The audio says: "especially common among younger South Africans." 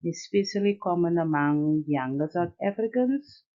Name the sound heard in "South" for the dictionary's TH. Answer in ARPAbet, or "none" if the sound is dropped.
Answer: T